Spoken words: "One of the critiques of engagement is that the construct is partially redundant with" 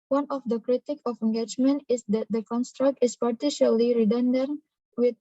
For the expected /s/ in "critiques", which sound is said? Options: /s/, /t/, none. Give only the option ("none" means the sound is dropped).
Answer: none